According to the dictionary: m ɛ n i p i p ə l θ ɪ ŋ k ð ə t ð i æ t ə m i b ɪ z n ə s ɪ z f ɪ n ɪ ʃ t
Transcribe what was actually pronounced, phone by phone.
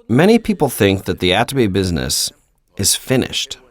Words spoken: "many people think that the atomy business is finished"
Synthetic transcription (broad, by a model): m ɛ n i p i p l θ ɪ ŋ k ð ə t ð i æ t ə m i b ɪ z n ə s ɪ z f ɪ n ɪ ʃ t